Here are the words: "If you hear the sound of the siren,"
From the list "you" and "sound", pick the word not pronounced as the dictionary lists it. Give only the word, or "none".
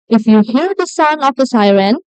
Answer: sound